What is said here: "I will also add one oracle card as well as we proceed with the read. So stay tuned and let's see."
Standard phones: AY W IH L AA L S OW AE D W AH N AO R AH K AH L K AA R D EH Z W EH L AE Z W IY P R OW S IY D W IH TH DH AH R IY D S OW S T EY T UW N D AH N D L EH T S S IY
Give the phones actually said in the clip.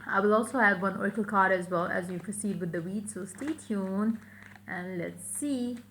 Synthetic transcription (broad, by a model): AY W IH L AA L S OW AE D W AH N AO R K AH L K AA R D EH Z W EH L AE Z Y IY P R OW S IY D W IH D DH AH W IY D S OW S T EY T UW N AH N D L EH T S S IY